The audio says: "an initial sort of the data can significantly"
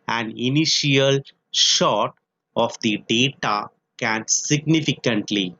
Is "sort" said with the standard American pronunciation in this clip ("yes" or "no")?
no